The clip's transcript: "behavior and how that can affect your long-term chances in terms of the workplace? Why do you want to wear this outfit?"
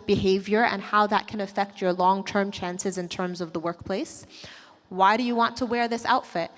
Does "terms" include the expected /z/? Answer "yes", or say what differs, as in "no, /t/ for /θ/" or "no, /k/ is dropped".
yes